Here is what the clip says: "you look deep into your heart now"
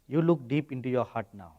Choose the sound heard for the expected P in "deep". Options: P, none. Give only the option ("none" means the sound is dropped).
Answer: P